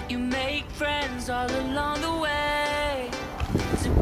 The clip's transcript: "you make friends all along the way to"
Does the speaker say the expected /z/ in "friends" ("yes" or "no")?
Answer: yes